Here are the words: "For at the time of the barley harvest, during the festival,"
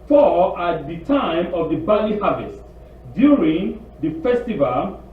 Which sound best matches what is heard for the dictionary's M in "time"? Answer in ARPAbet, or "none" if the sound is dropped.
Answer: M